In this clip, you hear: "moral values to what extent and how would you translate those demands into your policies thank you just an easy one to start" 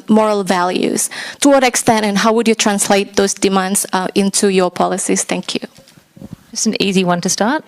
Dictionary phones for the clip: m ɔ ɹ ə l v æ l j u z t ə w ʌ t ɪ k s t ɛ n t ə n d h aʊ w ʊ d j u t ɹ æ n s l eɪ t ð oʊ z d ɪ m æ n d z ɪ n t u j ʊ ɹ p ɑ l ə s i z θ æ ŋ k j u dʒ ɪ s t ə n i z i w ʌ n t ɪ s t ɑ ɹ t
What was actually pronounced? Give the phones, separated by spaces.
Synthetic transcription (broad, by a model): m ɔ ɹ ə l v æ l j u z t ə w ʌ t ɪ k s t ɛ n t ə n h aʊ w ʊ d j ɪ t ɹ æ n s l eɪ t ð oʊ z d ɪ m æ n d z ɪ n t u j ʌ ɹ p ɑ l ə s i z θ æ ŋ k j u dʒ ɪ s n i z i w ʌ n t ɪ s t ɑ ɹ t